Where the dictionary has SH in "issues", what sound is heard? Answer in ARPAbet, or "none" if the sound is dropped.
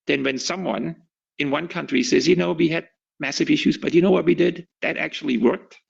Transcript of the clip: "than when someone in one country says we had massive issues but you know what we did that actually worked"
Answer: SH